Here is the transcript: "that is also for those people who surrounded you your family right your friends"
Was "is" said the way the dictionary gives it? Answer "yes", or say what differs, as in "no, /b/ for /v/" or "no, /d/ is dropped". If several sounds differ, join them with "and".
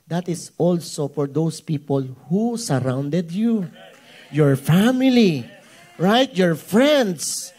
no, /s/ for /z/